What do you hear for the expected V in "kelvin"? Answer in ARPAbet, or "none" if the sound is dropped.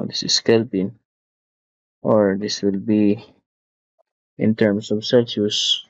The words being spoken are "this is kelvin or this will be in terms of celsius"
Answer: P